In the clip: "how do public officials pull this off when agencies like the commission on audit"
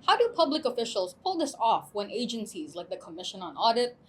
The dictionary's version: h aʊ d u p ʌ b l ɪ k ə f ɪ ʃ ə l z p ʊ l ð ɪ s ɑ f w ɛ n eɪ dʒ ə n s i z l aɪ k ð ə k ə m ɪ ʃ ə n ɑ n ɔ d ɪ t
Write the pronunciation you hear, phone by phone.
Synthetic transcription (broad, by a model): h aʊ d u p ʌ b l ɪ k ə f ɪ ʃ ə l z p ʊ l ð ɪ s ɑ f w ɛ n eɪ dʒ ə n s i z l aɪ k ð ə k ə m ɪ ʃ ə n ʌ n ɔ d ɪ t